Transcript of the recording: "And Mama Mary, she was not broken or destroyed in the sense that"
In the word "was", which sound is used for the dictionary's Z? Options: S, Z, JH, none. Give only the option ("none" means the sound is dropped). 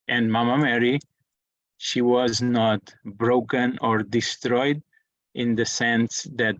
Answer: Z